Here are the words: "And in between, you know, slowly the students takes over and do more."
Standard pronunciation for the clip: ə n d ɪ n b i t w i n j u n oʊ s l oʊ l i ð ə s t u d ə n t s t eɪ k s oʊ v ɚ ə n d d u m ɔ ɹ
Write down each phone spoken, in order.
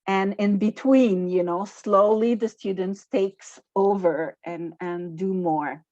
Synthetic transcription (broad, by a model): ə n ɪ n b i t w i n j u n oʊ s l oʊ l i ð ə s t u d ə n t s t eɪ k s oʊ v ɚ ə n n d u m ɔ ɹ